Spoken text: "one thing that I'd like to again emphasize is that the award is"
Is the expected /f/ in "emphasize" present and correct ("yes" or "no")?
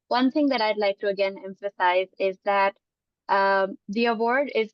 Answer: yes